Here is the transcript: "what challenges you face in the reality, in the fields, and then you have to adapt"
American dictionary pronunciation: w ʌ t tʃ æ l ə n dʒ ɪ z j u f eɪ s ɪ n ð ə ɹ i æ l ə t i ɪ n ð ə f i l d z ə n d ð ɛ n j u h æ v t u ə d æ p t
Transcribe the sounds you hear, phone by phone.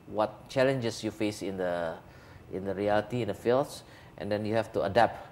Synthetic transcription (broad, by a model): w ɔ t tʃ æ l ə n dʒ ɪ s j u f eɪ s ɪ n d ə ɹ i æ l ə t i ɪ n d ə f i l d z ə n d ɛ n j u h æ f t u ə d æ p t